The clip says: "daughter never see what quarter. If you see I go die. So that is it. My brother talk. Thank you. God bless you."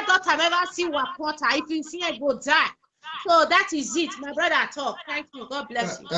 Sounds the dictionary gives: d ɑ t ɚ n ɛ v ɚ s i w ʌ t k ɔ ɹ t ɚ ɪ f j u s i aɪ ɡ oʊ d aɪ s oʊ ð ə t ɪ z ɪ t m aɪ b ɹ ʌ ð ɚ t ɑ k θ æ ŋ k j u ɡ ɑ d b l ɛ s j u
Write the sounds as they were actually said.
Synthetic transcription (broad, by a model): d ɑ t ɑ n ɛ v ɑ s i w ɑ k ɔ t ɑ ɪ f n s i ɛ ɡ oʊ d aɪ s oʊ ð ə t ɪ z ɪ t m aɪ b ɹ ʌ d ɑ t ɑ k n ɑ k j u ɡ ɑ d b l ɛ s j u